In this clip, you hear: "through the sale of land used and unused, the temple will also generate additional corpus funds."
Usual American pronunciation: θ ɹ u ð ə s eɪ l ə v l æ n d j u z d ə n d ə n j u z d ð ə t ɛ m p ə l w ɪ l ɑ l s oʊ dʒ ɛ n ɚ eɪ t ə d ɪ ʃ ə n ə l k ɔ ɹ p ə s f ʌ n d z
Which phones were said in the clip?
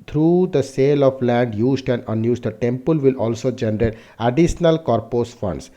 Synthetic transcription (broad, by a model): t ɹ u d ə s eɪ l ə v l æ n d j u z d ə n d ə n j u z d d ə t ɛ m p ə l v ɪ l ɑ l s oʊ dʒ ɛ n ɚ eɪ t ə d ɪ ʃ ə n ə l k ɔ ɹ p ə s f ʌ n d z